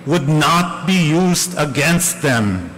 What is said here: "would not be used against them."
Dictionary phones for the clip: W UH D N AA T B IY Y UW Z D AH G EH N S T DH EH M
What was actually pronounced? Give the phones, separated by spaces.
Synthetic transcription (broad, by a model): W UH D N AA T B IY Y UW Z D AH G EH N S T DH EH M